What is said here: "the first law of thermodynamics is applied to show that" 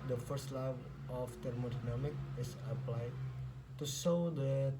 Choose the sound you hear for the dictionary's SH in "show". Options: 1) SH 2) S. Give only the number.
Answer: 2